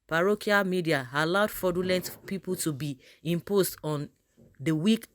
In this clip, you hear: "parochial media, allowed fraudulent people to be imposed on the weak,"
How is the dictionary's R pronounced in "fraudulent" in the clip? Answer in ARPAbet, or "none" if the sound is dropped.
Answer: none